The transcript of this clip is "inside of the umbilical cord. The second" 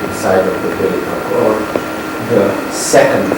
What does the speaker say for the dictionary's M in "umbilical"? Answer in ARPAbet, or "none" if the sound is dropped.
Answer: none